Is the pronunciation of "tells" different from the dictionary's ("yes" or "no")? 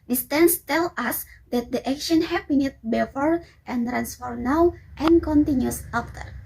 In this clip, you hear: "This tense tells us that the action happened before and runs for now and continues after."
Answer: yes